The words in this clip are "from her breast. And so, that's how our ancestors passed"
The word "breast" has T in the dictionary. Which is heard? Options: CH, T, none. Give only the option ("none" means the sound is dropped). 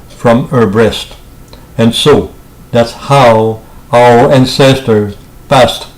T